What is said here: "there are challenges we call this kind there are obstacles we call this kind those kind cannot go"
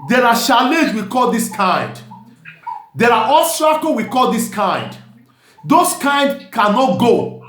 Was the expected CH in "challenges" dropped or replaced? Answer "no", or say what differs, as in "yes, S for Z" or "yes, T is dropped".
yes, SH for CH